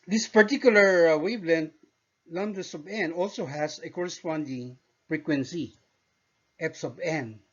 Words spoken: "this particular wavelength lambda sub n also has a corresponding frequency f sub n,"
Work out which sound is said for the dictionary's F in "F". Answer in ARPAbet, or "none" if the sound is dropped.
P